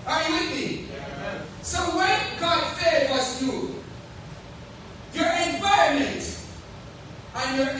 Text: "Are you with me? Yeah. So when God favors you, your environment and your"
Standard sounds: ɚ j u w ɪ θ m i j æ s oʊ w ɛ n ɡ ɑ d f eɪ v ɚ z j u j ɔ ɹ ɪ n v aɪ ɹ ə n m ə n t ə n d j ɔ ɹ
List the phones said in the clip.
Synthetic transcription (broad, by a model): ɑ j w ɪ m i s oʊ w ɛ n ɡ ɑ d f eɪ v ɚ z j u j ɔ ɹ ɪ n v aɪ ə m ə n t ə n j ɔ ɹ